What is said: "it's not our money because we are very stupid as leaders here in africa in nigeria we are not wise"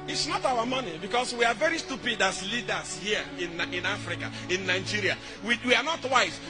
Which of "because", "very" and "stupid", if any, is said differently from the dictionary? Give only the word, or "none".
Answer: because